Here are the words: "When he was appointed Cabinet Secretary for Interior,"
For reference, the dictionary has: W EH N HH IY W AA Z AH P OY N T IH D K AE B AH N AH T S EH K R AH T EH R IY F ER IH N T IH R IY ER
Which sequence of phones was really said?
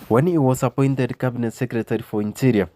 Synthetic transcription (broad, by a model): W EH N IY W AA S AH P OY N T IH D K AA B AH N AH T S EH K R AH T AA R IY F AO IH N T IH R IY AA